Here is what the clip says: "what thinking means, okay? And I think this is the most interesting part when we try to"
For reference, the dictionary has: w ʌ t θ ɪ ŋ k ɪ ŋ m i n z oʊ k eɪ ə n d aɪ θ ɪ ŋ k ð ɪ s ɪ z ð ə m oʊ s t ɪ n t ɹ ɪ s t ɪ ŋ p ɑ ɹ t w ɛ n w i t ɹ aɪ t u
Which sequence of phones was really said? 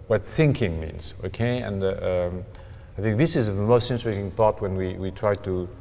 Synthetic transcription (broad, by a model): w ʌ t θ ɪ ŋ k ɪ ŋ m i n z oʊ k eɪ ə n d aɪ θ ɪ ŋ k ð ɪ s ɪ z ð ə m oʊ s t ɪ n t ɹ ɪ s t ɪ ŋ p ɑ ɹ t w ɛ n w i t ɹ aɪ t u